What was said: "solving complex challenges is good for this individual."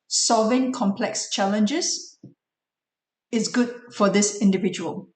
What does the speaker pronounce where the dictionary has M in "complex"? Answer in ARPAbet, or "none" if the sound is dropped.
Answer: M